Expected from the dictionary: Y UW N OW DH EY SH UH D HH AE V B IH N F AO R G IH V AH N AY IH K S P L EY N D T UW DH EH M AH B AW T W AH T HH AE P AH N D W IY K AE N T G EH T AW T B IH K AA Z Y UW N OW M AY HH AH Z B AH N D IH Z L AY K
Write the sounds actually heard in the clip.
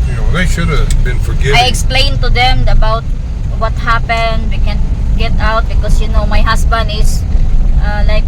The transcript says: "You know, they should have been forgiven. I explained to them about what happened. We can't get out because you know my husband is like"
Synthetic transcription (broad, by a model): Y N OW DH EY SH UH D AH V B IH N F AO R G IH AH AY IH K S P L EY N T UW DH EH M AH B AW T W AH T HH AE P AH N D W IY K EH N G EH T AW T B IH K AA S Y UW N OW M AY HH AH S B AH N D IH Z L AY K